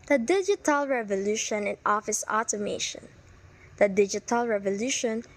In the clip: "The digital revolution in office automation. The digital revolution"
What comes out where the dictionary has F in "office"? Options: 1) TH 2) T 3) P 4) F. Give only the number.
4